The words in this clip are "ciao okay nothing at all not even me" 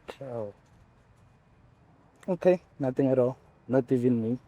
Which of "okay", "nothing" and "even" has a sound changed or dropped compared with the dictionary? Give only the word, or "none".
nothing